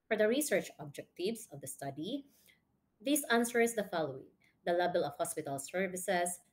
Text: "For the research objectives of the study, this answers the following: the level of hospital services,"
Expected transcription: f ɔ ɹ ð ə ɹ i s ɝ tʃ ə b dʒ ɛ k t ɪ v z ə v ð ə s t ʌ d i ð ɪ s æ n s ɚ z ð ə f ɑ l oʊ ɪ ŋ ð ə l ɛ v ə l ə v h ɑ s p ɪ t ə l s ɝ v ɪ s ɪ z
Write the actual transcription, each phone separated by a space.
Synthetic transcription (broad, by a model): f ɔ ɹ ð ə ɹ i s ɝ tʃ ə b dʒ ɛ k t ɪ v s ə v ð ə s t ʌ d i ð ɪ s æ n s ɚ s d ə f ɑ l oʊ ɪ ŋ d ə l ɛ b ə l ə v h ɑ s p ɪ t ə l s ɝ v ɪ s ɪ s